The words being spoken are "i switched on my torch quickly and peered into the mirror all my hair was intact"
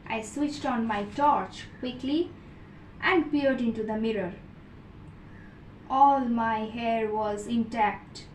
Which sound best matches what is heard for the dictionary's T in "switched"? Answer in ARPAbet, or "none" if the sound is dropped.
T